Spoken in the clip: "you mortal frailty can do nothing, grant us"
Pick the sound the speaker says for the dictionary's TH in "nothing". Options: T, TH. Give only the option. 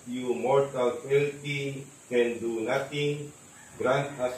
T